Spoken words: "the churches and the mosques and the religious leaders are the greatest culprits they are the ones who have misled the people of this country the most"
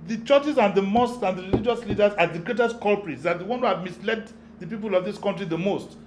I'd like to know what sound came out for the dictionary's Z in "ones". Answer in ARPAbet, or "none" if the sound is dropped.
none